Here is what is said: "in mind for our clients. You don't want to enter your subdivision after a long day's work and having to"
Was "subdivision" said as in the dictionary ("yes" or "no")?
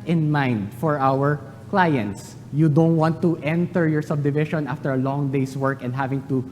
no